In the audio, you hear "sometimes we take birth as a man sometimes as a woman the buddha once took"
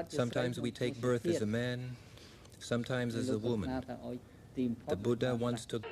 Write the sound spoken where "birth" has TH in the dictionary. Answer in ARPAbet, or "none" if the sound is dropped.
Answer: TH